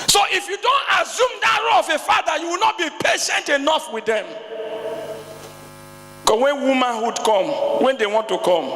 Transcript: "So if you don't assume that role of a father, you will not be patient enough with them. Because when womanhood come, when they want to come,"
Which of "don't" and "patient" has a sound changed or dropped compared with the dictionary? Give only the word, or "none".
none